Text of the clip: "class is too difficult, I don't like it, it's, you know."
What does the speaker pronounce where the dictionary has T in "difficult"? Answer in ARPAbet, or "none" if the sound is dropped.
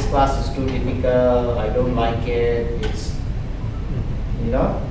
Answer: none